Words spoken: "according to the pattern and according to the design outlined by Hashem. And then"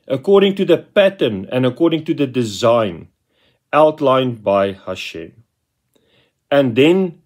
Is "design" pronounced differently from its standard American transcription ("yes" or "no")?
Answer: no